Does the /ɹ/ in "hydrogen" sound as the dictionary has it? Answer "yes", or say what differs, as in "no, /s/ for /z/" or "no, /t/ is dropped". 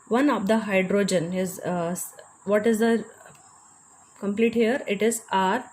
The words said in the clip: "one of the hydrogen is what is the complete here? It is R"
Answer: yes